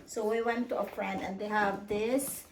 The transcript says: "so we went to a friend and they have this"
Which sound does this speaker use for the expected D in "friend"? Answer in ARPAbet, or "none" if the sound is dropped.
none